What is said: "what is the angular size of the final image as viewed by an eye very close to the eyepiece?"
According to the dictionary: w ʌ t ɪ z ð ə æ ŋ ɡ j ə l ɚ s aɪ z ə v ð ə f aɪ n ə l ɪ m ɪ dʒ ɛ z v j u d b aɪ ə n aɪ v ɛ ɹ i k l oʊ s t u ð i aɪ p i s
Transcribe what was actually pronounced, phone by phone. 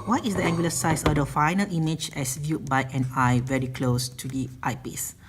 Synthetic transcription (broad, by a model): w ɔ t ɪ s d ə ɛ ŋ ɡ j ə l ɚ s aɪ s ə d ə f aɪ n ə l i m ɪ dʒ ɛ s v j u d b aɪ ə n aɪ v ɛ ɹ i k l oʊ s t u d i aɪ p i s